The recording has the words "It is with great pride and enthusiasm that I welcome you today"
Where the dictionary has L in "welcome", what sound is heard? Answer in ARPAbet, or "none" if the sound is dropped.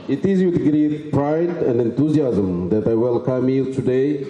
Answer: L